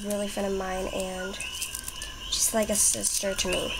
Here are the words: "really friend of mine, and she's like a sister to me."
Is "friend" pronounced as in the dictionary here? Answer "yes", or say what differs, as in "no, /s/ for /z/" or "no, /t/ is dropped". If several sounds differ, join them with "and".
no, /ɹ/ is dropped